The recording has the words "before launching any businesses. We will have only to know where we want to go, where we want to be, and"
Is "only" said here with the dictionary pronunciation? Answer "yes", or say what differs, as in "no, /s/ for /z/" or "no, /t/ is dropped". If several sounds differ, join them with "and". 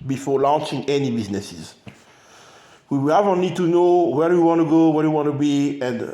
no, /n/ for /l/